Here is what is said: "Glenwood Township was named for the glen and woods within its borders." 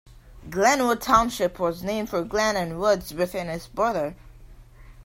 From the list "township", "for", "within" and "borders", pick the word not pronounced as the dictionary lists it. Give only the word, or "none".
borders